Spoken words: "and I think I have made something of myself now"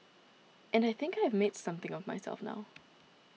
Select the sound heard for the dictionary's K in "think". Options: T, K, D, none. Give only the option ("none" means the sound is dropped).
K